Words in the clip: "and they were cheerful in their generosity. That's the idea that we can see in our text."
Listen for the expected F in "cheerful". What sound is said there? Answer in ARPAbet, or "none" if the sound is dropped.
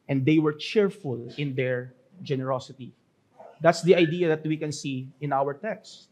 F